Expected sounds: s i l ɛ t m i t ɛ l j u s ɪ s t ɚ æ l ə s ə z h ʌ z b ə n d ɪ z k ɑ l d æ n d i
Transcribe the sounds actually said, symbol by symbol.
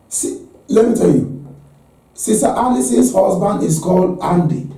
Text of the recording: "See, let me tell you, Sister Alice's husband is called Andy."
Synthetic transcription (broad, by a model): s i l ɛ t m i t ɛ l j u s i s t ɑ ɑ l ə s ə s h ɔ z b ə n d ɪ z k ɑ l ɑ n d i